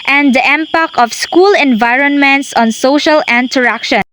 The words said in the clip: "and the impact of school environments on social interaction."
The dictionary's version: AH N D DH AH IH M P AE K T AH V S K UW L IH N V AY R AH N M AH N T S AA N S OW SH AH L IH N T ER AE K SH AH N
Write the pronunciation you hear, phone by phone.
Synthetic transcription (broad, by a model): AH N D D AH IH M P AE K AH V S K UW L IH N V AY R AH N M AH N T S AA N S OW SH AH L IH N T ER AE K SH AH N